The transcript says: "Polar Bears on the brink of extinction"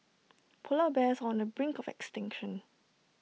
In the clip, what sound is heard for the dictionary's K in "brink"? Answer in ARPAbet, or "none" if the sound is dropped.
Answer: K